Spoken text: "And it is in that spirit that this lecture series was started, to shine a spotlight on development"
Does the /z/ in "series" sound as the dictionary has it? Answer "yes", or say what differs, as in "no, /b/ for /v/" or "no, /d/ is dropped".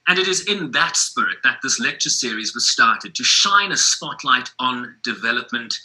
yes